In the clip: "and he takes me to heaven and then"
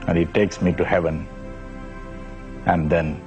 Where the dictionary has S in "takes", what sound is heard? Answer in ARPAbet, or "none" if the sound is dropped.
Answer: S